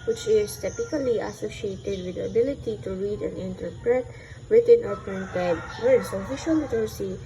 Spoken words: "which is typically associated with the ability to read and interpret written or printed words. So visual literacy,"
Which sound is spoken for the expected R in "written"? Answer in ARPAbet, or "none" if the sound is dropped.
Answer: W